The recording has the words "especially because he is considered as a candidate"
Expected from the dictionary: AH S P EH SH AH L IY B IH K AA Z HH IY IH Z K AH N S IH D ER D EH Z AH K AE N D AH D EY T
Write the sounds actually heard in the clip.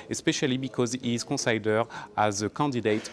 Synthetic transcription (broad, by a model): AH S P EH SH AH L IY B IH K AA Z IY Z K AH S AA D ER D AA Z AH K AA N D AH D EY T